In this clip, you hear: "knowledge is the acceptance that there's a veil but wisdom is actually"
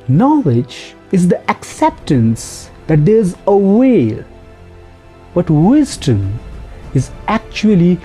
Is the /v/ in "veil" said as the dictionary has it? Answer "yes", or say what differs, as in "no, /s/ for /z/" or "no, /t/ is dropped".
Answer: no, /w/ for /v/